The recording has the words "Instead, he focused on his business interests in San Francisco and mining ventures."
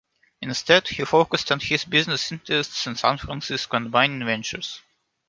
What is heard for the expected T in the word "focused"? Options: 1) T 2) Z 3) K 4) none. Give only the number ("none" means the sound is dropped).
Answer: 1